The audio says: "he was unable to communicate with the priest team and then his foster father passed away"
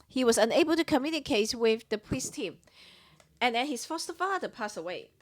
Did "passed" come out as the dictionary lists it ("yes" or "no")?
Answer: no